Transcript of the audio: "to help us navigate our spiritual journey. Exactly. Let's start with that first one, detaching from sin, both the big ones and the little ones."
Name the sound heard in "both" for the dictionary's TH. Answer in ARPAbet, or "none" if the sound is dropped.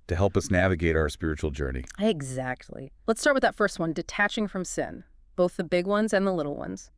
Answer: TH